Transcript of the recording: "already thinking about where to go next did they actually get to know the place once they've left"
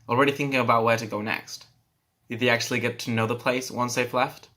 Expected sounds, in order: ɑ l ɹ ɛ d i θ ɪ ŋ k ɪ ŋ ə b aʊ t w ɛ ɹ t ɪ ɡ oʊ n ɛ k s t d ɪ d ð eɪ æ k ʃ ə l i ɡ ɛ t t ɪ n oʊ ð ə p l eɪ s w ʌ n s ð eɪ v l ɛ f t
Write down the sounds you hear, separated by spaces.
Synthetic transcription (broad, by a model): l ɹ ɛ d i θ ɪ ŋ k ɪ ŋ ə b aʊ t w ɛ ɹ t ɪ ɡ oʊ n ɛ k s t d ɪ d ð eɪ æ k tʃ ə l i ɡ ɛ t t ɪ n oʊ ð ə p l eɪ s w ʌ n s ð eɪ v l ɛ f t